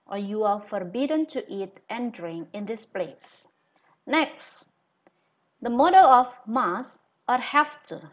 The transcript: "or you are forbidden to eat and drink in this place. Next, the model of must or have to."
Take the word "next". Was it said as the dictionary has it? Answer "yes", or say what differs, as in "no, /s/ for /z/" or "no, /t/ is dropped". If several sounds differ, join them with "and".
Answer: yes